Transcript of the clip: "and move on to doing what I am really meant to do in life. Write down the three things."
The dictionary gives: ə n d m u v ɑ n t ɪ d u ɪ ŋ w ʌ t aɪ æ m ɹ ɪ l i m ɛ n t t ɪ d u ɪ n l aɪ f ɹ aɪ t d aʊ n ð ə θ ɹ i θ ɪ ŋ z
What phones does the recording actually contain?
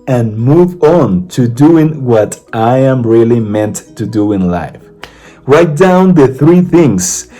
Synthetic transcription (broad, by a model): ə n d m u v ɑ n t ɪ d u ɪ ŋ w ʌ t aɪ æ m ɹ ɪ l i m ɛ n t t ɪ d u ɪ n l aɪ f ɹ aɪ t d aʊ n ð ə θ ɹ i θ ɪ ŋ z